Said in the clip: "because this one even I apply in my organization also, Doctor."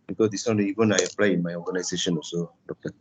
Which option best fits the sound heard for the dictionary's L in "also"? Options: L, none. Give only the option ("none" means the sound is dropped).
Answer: none